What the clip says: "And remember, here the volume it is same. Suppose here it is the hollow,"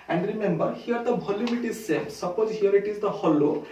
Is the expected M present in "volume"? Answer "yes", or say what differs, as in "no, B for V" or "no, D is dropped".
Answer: no, M is dropped